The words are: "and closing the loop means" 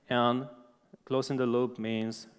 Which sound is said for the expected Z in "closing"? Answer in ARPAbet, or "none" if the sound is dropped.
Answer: S